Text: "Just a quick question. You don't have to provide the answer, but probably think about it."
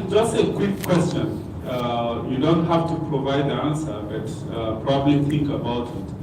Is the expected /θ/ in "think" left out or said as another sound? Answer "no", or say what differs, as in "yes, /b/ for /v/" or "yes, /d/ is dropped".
yes, /t/ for /θ/